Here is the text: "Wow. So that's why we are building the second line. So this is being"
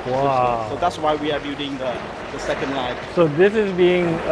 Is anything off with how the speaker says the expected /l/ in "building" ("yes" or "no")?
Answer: yes